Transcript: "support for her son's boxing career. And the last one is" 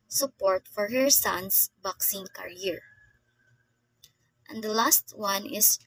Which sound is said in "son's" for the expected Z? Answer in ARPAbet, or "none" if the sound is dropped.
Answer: S